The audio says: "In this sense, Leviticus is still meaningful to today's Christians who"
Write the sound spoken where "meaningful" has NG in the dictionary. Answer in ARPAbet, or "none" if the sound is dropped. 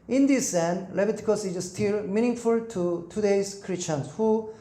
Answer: NG